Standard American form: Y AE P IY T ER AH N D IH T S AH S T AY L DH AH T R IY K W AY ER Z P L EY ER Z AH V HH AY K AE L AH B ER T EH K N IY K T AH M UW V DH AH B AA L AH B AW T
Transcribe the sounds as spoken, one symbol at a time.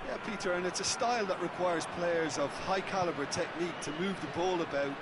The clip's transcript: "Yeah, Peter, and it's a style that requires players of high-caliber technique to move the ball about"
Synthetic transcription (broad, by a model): Y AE P IY T ER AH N IH T S AH S T AY L DH AH T R IY K W AY ER Z P L EY ER Z AH V HH AY K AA L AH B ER T EH K N IY K T AH M UW V DH AH B AA L AH B AW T